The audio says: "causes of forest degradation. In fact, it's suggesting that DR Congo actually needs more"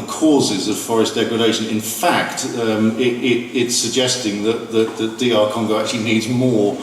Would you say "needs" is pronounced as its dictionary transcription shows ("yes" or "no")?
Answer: yes